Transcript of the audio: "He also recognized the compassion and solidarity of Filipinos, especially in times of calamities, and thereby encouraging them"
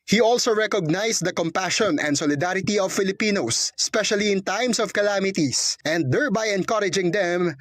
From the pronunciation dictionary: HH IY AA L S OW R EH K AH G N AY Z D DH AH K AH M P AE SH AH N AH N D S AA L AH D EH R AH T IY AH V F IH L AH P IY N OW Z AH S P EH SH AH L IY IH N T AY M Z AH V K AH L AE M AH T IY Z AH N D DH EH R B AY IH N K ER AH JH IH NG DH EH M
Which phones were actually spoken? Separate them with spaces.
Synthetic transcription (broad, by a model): HH IY AA L S OW R EH K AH G N AY S D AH K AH M P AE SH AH N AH N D S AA L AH D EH R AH T IY AH V F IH L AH P IY N OW S P EH SH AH L IY IH N T AY M S AH V K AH L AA M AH T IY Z AH N D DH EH R B AY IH N K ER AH JH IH NG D EH M